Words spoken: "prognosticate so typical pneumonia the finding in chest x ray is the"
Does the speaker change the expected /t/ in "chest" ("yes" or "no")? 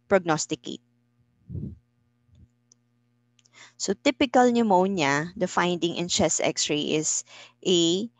yes